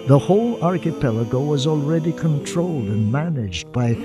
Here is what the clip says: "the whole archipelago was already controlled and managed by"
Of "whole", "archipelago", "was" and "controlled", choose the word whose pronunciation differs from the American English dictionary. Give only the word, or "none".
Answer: none